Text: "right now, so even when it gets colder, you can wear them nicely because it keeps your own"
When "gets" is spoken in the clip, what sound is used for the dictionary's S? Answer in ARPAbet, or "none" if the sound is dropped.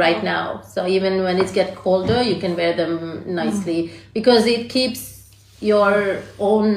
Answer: none